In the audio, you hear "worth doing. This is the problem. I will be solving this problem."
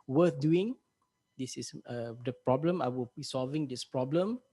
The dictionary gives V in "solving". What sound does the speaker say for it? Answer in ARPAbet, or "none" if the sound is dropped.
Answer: V